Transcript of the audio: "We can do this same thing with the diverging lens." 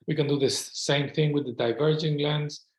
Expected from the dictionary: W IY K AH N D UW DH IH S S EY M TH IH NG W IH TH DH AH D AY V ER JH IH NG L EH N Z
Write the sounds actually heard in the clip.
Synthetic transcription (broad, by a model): W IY K AH N D UW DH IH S S EY M TH IH NG W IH DH AH D AY V ER JH IH NG L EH N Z